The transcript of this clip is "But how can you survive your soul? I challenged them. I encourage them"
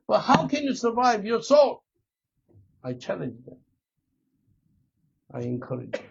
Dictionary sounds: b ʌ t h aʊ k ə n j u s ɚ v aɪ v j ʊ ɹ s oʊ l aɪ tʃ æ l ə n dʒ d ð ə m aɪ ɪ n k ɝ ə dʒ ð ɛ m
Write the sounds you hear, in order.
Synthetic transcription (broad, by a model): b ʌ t h aʊ k ə n j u s ɚ v aɪ v j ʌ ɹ s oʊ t aɪ tʃ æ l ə dʒ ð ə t aɪ ɪ n k ɝ ə dʒ